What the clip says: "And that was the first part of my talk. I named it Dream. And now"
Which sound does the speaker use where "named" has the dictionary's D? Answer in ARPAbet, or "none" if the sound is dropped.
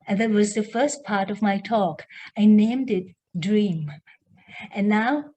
D